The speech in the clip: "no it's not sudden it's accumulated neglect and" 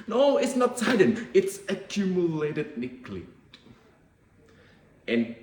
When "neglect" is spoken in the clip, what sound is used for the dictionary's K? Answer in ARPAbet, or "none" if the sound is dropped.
none